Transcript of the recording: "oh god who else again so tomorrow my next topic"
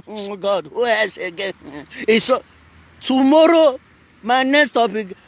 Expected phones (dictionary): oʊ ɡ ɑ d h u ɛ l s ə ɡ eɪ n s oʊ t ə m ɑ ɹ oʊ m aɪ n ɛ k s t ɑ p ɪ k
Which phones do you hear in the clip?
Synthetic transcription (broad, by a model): ɡ ɑ d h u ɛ s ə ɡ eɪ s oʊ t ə m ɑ ɹ oʊ m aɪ n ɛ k s t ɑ p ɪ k